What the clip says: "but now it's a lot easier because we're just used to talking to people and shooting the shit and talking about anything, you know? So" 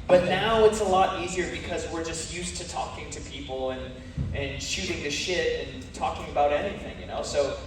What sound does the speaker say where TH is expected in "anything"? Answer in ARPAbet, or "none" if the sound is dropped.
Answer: TH